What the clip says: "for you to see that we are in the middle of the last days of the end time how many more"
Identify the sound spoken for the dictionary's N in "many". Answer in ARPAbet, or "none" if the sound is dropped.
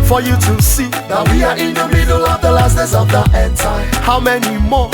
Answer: N